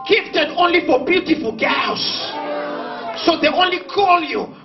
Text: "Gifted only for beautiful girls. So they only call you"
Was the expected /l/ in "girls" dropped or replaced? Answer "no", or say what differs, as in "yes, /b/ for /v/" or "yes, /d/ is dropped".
yes, /l/ is dropped